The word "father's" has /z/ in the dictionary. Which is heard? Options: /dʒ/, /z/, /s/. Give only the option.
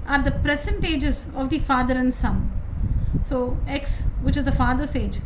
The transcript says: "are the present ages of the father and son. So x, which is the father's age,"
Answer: /s/